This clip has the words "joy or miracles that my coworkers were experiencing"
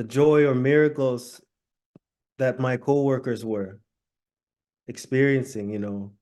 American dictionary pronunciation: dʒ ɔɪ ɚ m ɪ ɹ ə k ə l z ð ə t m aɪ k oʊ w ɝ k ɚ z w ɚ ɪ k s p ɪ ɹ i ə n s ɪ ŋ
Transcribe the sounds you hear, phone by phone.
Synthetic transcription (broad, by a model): dʒ ɔɪ ɚ m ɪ ɹ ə k l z ð ə t m aɪ k oʊ w ɝ k ɚ z w ɚ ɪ k s p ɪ ɹ i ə n s ɪ ŋ